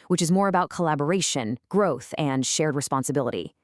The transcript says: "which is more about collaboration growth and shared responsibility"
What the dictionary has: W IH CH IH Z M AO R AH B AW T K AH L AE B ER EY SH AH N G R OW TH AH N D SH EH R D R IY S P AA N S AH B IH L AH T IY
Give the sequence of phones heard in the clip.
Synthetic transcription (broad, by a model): W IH CH IH Z M AO R AH B AW T K AH L AE B ER EY SH AH N G R OW TH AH N SH EH R D R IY S P AA N S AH B IH L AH T IY